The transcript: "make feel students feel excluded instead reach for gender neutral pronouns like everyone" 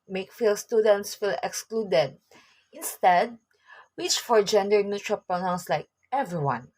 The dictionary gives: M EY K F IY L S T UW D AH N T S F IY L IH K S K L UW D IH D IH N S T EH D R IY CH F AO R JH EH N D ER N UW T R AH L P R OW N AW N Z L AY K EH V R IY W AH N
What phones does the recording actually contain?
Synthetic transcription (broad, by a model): M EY K F IY L S T UW D AH N T S F IY L IH K S K L UW D IH D IH N S T EH D W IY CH F AO R JH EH N D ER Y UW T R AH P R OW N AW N S L AY K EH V R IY W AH N